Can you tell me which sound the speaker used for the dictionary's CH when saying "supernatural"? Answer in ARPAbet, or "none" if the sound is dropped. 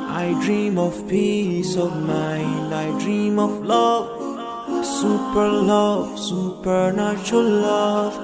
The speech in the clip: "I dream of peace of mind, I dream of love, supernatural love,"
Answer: S